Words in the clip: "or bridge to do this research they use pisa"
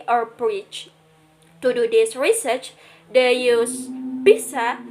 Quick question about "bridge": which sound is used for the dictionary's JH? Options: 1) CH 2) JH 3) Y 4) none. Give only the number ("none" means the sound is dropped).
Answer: 1